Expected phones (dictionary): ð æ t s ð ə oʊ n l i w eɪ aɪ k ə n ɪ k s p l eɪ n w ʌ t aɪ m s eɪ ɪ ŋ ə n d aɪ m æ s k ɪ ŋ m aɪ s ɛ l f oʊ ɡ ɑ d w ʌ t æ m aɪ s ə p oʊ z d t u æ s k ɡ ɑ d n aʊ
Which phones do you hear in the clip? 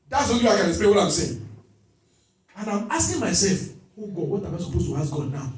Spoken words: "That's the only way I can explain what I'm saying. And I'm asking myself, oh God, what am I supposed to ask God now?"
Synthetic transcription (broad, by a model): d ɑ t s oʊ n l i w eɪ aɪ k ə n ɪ s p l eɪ w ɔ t aɪ m s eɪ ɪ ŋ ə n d aɪ m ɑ s k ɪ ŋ m aɪ s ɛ l f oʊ ɡ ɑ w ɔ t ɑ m aɪ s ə p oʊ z t u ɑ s ɡ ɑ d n aʊ